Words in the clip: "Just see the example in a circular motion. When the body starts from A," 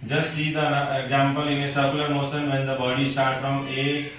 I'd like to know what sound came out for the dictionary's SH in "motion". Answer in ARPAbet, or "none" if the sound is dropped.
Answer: S